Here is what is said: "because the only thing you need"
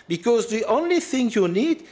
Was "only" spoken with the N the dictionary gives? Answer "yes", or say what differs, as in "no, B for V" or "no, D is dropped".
yes